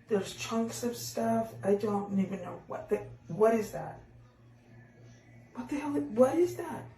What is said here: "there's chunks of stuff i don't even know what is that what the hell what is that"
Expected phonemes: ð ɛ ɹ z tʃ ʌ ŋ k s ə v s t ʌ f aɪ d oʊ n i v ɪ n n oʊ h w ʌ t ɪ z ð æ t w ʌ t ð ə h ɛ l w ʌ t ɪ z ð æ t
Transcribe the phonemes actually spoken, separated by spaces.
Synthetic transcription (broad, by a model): ð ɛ ɹ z tʃ ʌ ŋ k s ə v s t ʌ f aɪ d oʊ n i v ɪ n n oʊ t w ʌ t ɪ z ð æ t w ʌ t ð ə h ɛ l w ʌ t ɪ z ð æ t